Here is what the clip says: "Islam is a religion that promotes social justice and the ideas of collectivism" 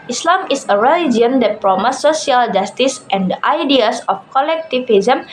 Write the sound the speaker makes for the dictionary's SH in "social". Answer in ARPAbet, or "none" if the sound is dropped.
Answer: none